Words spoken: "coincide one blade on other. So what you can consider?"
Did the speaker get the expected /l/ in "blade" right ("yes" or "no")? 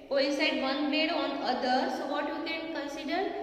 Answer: no